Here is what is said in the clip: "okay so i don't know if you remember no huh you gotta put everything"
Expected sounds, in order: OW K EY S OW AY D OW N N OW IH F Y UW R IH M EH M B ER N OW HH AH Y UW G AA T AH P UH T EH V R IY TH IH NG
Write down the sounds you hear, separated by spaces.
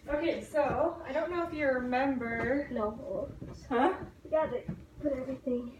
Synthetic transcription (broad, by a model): OW K EY S OW AY D OW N N OW IH F Y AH R IH M EH M B ER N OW HH AH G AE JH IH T P UH T EH V R IY TH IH NG